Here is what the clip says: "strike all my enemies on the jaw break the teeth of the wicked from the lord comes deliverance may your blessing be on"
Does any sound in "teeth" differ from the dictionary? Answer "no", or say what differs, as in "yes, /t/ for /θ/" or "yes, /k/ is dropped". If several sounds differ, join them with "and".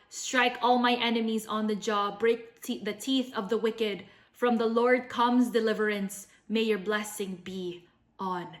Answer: no